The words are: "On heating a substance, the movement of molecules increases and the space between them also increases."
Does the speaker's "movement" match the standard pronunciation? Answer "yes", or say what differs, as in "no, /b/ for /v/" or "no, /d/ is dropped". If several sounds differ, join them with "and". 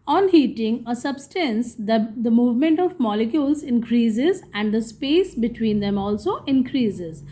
yes